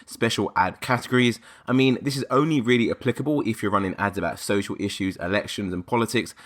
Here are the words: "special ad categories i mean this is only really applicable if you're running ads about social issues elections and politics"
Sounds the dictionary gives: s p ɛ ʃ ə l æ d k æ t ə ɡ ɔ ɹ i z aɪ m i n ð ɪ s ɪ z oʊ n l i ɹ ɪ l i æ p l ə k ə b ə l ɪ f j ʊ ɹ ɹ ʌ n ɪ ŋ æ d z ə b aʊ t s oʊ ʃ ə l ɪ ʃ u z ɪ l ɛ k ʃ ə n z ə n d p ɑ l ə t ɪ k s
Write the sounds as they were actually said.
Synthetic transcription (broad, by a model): s p ɛ ʃ ə l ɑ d k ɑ t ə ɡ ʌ ɹ i z aɪ m i n ð ɪ s ɪ z oʊ n l i ɹ ɪ l i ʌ p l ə k ə b ə l ɪ f j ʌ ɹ ɹ ʌ n ɪ ŋ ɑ d z ə b aʊ t s oʊ ʃ ə l ɪ ʃ u z ɪ l ɛ k ʃ ə n z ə n p ɑ l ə t ɪ k s